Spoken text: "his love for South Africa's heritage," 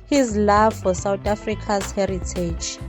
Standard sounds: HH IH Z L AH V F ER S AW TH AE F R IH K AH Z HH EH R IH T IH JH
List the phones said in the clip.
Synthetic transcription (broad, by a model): HH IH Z L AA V F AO S AW T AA F R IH K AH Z HH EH R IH T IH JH